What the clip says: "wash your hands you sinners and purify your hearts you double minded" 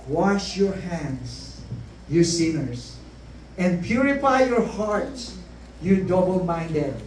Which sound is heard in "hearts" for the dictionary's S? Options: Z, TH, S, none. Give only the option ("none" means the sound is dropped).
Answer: none